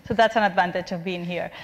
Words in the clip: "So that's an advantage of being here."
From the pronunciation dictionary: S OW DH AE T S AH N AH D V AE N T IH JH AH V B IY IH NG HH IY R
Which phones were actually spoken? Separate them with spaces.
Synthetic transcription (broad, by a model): S OW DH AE T S AH N AH D V AE N T IH JH AH V B IY IH NG HH IY R